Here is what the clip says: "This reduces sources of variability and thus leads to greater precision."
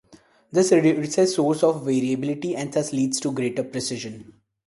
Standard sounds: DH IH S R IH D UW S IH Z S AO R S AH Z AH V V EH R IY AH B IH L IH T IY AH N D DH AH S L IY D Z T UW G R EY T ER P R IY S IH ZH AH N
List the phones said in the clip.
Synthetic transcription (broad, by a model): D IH S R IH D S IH S AO R S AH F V V EH R IY AH B IH L IH T IY AH N D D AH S L IY D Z T UW G R EY T ER P R IY S IH ZH AH N